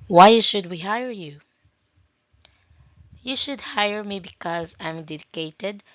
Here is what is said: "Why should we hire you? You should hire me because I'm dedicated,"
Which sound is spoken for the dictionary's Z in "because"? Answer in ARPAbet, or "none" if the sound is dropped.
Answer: Z